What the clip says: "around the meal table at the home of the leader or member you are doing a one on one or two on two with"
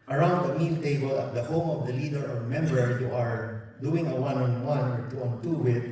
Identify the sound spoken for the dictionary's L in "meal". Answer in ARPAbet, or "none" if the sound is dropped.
N